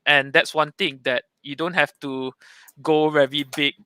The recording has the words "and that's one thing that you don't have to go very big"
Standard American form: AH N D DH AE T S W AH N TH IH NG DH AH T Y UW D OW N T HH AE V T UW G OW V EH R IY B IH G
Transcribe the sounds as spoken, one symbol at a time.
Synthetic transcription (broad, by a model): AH N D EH T S W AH N T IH NG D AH T Y UW D OW N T HH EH F T UW G OW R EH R IY B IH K